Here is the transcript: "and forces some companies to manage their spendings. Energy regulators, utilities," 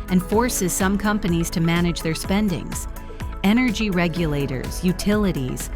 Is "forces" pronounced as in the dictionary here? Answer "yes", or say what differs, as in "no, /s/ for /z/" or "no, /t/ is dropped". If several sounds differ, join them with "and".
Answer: yes